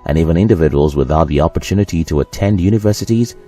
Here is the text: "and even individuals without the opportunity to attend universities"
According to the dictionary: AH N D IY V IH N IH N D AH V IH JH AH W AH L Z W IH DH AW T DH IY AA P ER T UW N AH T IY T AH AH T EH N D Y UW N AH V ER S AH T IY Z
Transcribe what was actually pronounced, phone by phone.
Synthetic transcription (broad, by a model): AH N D IY V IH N IH N D AH V IH JH AH W AH L Z W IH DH AW T DH IY AA P ER T UW N AH T IY T AH AH T EH N D Y UW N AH V ER S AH T IY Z